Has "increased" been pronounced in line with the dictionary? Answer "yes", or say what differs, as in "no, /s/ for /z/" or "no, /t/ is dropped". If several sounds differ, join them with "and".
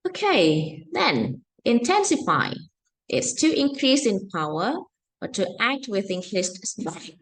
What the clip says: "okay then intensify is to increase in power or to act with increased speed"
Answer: no, /l/ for /ɹ/